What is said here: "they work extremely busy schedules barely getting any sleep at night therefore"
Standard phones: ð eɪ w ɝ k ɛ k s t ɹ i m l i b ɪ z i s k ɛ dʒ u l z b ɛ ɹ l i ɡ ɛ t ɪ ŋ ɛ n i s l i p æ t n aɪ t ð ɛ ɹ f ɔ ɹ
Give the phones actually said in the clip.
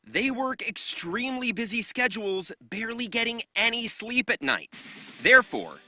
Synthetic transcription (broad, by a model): ð eɪ w ɝ k ɛ k s t ɹ i m l i b ɪ z i s k ɛ dʒ u l z b ɛ ɹ l i ɡ ɛ t ɪ ŋ ɛ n i s l i p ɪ t n aɪ t ð ɛ ɹ f ɔ ɹ